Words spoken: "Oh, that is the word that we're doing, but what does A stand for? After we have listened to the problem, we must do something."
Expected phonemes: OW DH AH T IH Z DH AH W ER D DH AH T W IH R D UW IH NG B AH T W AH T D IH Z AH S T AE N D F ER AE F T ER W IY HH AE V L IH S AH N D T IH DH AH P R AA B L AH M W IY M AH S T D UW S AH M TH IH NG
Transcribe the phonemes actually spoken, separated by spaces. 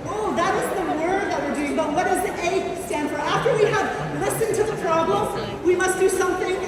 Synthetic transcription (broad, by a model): OW DH AH T IH Z DH AH W ER D DH AH T W IH R D UW IH NG B AH T W AH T D IH Z AH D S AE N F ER AE F T ER W IY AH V L IH S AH N T IH DH AH P R AA B L AH M W IY M AH S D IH S AH M TH IH NG